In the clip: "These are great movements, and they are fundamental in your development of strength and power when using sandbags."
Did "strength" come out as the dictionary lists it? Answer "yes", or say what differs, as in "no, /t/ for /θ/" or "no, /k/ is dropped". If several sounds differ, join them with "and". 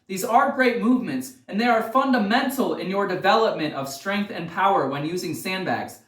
yes